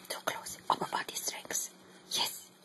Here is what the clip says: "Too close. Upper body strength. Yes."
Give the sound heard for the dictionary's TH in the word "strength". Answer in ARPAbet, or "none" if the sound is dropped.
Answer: S